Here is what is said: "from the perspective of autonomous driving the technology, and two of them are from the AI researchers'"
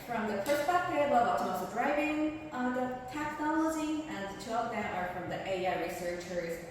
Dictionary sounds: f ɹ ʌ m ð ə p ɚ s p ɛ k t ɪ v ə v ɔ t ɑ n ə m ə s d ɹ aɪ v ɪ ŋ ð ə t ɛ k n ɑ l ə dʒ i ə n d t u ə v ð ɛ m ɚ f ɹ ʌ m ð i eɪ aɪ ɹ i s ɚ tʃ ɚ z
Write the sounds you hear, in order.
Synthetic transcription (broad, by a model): f ɹ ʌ m ð ə f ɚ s b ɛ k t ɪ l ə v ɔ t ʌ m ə ə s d ɹ aɪ v ɪ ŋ ð ə t ɛ k n ɑ l ə dʒ i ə n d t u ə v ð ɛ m ɚ f ɹ ʌ m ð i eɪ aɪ ɹ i s ɚ tʃ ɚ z